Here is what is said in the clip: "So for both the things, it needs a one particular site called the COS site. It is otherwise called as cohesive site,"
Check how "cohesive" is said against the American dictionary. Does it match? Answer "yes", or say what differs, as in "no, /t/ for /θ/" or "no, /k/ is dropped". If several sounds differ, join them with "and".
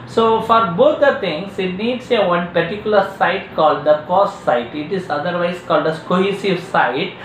yes